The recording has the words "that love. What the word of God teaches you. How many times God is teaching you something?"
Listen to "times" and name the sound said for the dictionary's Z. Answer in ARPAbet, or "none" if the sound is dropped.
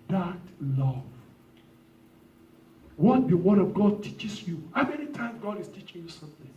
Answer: none